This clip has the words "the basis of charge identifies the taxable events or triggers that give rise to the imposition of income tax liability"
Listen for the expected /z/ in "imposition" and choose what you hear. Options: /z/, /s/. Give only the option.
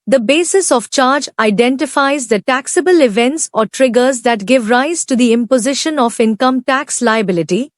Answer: /z/